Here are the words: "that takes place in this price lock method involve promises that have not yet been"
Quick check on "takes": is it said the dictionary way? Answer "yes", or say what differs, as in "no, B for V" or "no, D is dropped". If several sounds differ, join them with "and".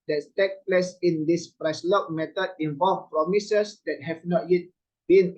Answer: no, S is dropped